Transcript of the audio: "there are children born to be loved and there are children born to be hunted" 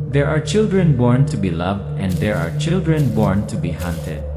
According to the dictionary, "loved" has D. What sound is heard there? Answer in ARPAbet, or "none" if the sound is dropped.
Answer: D